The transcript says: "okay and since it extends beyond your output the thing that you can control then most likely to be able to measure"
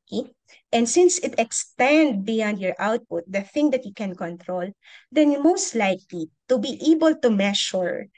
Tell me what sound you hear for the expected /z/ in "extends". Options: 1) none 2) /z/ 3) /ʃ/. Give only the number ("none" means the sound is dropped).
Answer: 1